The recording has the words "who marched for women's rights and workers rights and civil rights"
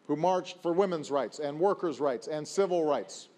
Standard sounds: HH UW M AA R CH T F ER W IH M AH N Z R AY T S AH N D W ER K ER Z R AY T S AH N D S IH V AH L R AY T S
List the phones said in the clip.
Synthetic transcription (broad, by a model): HH UW M AA R CH T F ER W IH M AH N Z R AY T S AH N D W ER K ER Z R AY T S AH N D S IH V AH L R AY T S